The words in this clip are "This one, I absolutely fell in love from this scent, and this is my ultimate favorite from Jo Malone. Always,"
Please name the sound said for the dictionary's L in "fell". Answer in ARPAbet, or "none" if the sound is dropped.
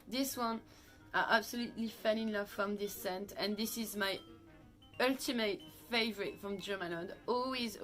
N